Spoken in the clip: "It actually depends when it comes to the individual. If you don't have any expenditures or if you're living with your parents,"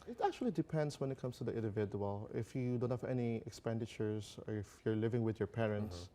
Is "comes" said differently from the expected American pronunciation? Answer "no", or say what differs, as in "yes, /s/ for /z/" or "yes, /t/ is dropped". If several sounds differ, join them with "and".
yes, /s/ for /z/